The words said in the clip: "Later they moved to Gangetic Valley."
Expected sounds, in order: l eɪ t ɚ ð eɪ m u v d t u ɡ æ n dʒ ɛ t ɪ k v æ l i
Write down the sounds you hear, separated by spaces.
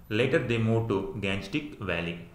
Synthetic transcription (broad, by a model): l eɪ t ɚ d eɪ m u d t u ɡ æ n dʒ t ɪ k v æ l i